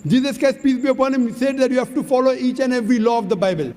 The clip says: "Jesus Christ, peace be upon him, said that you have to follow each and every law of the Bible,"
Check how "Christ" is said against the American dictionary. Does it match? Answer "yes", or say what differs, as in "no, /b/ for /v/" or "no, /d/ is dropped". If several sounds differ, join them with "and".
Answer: no, /ɹ/ is dropped